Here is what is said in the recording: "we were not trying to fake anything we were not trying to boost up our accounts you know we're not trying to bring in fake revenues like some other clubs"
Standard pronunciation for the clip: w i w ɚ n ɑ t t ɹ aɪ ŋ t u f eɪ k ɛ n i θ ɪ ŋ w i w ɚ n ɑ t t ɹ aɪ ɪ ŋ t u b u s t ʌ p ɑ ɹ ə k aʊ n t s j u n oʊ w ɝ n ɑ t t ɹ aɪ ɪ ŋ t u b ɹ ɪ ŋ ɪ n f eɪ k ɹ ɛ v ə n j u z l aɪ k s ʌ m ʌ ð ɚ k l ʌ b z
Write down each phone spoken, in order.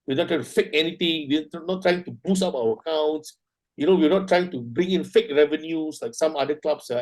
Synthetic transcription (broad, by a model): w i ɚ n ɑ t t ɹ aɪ t u f eɪ k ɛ n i t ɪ ŋ w i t n ɑ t t ɹ aɪ ɪ ŋ t u b u s ɑ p ɑ w ə k aʊ n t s j u n oʊ w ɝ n ɑ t t ɹ aɪ ɪ ŋ t u b ɹ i ŋ ɪ n f eɪ k ɹ ɛ v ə n j u s l aɪ k s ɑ m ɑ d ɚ k l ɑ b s